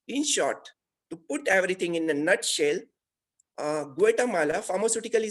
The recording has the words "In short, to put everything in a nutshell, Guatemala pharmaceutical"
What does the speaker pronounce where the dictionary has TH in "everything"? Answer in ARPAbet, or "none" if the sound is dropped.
T